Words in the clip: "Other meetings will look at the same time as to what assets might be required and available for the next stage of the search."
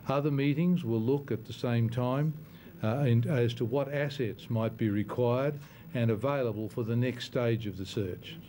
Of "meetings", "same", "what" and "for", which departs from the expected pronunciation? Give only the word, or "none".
none